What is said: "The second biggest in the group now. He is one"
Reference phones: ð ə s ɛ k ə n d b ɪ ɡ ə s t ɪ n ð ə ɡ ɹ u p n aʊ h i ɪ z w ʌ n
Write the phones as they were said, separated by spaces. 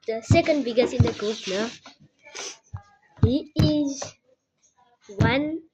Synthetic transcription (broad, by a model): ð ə s ɛ k ə n d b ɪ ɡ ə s ɪ n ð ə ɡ u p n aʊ h i ɪ z w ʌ n